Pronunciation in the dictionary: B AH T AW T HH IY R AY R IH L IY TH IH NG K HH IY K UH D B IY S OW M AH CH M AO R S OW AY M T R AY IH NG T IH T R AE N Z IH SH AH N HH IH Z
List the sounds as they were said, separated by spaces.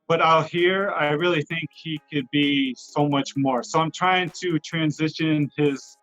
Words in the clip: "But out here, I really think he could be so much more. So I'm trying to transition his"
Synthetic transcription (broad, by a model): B AH T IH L HH IY R AY R IH L IY TH IH NG K HH IY K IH D B IY S OW M AH CH M AO R S OW AY M T R AY IH NG T IH T R AE N Z IH SH AH N IH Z